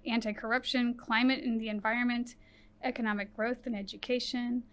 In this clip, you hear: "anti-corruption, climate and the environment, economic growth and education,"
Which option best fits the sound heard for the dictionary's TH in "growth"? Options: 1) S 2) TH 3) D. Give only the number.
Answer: 2